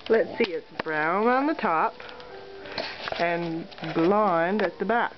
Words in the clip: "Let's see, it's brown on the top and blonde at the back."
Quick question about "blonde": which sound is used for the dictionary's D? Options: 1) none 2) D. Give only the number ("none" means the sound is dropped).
2